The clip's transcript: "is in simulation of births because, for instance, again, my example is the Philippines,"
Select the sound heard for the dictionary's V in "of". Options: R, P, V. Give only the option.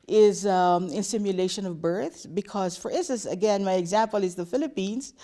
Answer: V